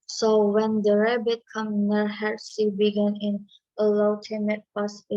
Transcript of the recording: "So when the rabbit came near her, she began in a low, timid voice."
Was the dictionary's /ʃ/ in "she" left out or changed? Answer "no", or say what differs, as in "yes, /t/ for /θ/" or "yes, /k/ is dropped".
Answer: yes, /s/ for /ʃ/